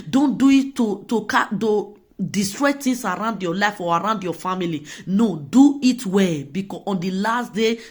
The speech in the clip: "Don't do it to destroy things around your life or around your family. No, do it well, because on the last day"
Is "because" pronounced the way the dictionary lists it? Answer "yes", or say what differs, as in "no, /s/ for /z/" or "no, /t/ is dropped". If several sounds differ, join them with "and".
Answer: no, /z/ is dropped